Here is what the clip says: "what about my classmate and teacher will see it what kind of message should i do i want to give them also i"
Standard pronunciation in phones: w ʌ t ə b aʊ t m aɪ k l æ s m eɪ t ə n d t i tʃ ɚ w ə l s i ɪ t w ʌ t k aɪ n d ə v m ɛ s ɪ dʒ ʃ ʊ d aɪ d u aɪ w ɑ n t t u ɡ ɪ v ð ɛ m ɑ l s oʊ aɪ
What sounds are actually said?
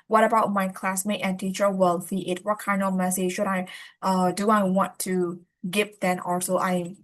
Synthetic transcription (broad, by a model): w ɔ t ə b aʊ t m aɪ k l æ s m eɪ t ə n t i tʃ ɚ w ə l θ i ɪ t w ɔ t k aɪ n d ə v m ɛ s ɪ dʒ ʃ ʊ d aɪ d u aɪ w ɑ n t t u ɡ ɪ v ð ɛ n ɑ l s oʊ aɪ